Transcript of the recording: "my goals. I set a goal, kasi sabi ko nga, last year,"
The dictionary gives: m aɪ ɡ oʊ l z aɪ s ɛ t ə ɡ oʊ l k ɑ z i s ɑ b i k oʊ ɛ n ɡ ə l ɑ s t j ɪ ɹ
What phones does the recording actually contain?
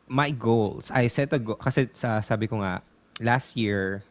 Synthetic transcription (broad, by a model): m aɪ ɡ oʊ l s aɪ s ɛ t ə ɡ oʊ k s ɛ s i s ɑ b i k oʊ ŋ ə l ɑ s t j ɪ ɹ